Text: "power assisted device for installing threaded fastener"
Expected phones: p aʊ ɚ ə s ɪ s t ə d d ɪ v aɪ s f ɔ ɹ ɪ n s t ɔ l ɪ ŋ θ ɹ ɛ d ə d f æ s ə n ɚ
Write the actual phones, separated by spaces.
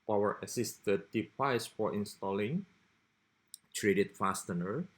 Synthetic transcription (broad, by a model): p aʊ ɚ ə s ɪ s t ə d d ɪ p aɪ s f ɔ ɹ ɪ n s t ɔ l ɪ ŋ t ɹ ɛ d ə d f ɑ s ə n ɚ